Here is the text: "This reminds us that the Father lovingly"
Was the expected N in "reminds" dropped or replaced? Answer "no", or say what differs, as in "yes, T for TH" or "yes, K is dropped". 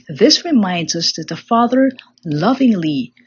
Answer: no